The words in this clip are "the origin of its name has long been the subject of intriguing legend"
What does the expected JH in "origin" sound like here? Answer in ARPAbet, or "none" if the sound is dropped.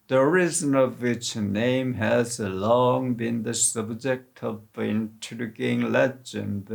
Z